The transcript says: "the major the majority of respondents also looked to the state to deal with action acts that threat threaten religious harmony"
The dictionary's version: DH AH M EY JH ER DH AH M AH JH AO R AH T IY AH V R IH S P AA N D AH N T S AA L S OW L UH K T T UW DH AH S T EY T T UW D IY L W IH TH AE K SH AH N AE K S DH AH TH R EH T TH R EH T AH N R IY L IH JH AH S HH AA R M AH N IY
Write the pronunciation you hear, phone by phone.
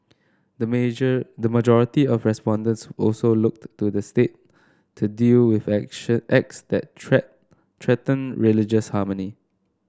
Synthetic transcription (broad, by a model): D AH M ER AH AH JH AO R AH T IY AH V R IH S P AA N D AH N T S AA L S OW L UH K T T UW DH AH S T EY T T UW D IY L W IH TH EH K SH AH EH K S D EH T T R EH T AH N R IY L IH JH AH S HH AA M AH N IY